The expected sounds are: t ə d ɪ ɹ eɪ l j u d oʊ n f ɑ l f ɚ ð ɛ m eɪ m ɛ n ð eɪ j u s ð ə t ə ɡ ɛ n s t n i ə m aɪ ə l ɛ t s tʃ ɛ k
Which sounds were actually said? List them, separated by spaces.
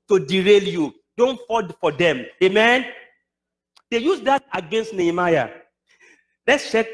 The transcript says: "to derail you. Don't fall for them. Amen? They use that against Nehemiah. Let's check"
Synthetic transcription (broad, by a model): t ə d ɪ ɹ eɪ l j u d oʊ n f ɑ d f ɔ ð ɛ m eɪ m ɛ n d eɪ j u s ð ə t ə ɡ ɛ n s t n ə m aɪ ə l ɛ t s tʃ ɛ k